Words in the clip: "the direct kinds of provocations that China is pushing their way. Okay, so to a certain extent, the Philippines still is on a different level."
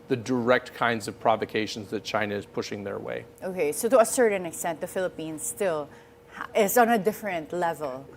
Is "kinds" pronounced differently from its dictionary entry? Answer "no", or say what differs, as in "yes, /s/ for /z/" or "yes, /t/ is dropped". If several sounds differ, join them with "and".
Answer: no